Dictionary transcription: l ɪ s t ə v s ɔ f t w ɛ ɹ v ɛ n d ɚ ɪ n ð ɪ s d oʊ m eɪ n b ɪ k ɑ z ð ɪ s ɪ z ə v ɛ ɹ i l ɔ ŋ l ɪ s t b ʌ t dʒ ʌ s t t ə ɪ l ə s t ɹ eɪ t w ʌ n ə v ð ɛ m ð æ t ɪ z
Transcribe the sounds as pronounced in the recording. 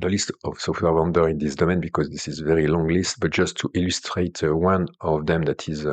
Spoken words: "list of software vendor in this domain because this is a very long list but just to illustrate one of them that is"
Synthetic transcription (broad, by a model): l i s t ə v s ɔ f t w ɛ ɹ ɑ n d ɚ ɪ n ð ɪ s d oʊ m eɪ n b ɪ k ɑ z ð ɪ s ɪ z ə v ɛ ɹ i l ɔ ŋ l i s t b ʌ t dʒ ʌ s t t ə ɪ l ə s t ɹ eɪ t w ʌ n ə v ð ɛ m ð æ t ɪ z